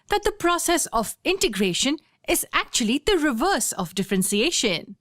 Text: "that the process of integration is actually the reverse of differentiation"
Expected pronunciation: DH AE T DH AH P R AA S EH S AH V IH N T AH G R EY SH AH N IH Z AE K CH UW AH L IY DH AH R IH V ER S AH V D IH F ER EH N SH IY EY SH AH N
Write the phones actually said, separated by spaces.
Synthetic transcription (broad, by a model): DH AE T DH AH P R AA S EH S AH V IH N T AH G R EY SH AH N IH Z AE K CH UW AH L IY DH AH R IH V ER S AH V D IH F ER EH N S IY EY SH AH N